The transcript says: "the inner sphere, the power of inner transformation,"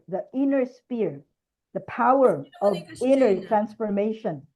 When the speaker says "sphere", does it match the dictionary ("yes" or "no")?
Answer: no